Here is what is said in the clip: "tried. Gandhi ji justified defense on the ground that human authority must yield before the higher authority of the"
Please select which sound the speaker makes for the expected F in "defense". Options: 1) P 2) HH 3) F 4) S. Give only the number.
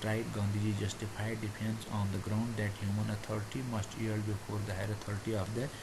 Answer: 1